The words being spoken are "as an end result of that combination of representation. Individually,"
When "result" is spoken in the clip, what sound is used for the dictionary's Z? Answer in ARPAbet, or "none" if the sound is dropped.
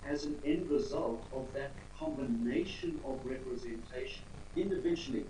Z